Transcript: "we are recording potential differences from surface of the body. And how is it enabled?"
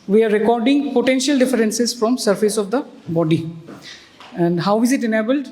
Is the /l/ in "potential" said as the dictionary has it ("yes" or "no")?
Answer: yes